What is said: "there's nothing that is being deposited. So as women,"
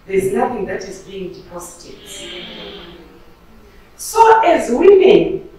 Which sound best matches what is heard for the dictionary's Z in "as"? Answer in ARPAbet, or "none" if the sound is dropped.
Z